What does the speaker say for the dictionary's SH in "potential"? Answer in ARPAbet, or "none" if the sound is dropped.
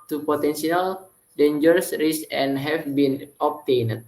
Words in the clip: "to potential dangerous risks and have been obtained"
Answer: S